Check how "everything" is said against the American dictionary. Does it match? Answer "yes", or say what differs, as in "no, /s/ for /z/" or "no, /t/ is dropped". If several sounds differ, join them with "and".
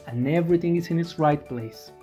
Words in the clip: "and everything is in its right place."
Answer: yes